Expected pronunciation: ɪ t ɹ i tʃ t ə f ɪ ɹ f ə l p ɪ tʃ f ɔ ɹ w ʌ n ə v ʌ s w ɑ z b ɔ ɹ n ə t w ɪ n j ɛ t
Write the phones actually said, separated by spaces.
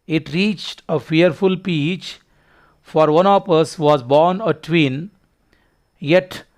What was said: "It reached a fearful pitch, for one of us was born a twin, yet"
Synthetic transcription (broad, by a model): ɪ t ɹ i tʃ t ə f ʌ ɹ f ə l p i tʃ f ɔ ɹ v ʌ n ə p ʌ s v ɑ z b ɔ ɹ n ə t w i n j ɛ t